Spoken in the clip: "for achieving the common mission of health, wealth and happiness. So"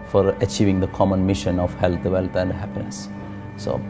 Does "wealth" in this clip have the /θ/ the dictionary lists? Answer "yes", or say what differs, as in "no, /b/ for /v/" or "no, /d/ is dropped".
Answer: no, /t/ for /θ/